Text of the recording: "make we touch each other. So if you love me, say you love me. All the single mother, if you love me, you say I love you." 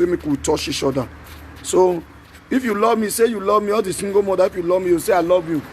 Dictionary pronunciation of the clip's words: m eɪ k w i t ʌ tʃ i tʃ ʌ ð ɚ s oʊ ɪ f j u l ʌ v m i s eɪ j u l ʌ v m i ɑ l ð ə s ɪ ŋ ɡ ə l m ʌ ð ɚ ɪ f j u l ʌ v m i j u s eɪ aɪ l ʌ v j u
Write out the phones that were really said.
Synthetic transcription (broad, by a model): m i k w i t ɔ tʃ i ʃ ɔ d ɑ s oʊ ɪ f j u l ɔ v m i s eɪ j u l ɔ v m i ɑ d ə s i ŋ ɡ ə m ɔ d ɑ ɪ f j u l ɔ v m i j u s eɪ aɪ l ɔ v j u